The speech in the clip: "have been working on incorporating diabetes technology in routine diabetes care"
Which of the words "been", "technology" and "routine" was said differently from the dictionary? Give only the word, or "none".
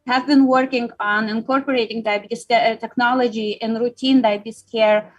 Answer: none